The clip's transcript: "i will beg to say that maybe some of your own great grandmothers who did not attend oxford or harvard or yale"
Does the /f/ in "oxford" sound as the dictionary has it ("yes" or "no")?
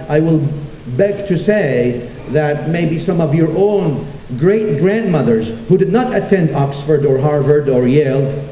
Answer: yes